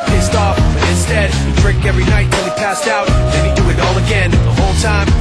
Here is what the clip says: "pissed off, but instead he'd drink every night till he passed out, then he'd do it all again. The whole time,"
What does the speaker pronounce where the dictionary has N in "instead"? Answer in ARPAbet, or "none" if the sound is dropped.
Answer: N